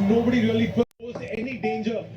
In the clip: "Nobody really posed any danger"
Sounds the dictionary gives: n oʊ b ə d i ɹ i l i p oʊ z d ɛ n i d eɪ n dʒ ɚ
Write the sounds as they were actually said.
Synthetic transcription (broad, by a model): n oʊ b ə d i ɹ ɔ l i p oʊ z ɛ n i d eɪ n dʒ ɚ